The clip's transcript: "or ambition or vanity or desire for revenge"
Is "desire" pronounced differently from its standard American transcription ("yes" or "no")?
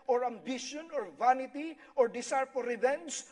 yes